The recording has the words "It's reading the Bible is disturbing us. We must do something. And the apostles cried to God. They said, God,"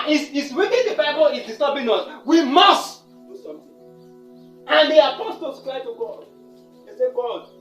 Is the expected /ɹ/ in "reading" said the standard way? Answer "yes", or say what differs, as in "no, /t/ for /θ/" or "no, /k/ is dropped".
no, /w/ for /ɹ/